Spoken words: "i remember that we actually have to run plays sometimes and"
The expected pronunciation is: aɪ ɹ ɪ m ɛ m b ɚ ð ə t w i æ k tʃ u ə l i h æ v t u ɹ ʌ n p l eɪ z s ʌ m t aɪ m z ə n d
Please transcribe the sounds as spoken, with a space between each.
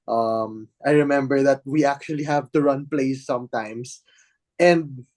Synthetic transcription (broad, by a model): aɪ ɹ ɪ m ɛ m b ɚ ð ə t w i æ k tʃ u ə l i h æ v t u ɹ ʌ n p l eɪ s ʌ m t aɪ m s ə n d